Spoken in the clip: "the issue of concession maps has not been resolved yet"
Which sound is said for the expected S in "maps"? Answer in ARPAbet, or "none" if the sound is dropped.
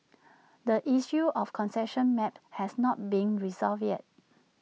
none